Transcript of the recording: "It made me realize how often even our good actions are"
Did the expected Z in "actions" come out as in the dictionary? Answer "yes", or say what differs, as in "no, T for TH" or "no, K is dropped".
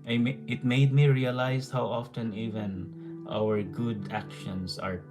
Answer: no, S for Z